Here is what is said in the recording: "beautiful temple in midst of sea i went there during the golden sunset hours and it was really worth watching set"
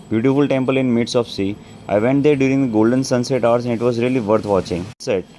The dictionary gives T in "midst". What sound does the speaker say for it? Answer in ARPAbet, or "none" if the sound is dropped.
none